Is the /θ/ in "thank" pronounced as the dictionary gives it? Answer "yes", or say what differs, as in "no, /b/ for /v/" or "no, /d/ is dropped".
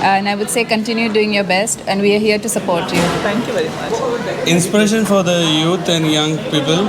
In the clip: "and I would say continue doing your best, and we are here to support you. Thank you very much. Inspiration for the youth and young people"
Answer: no, /t/ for /θ/